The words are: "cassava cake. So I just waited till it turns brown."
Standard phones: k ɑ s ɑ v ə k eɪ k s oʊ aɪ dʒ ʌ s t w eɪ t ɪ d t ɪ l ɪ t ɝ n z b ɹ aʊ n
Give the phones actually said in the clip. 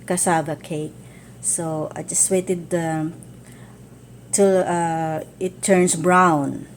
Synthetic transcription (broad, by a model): k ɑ s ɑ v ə k eɪ k s oʊ aɪ dʒ ʌ s t w eɪ t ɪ d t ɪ l ɪ t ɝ n s b ɹ aʊ n